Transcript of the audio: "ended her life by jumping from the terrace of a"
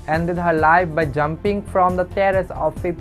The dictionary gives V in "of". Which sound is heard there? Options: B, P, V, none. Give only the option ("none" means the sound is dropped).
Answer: P